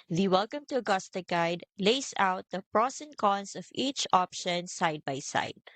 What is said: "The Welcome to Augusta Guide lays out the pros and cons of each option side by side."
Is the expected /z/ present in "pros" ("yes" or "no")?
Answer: no